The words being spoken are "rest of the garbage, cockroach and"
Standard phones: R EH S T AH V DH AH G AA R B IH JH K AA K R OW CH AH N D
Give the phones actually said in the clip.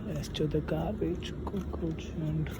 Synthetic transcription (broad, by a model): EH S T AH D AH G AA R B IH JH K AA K OW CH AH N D